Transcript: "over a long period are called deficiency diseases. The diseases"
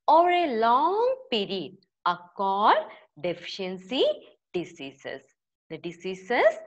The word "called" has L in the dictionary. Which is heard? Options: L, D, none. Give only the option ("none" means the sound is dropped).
none